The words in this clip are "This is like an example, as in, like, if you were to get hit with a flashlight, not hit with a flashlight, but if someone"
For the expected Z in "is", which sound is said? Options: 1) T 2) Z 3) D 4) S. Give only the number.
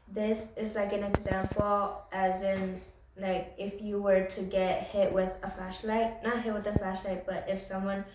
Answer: 2